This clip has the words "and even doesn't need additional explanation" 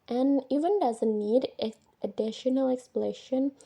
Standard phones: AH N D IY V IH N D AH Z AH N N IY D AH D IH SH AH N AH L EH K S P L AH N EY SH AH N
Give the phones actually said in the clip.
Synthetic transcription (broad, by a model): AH N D IY V IH N D AH Z AH N N IY D AH D IH SH AH N AH L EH K S P L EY SH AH N